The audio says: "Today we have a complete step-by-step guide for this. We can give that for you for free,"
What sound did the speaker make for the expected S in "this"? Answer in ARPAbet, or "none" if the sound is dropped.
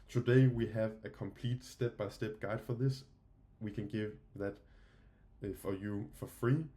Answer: S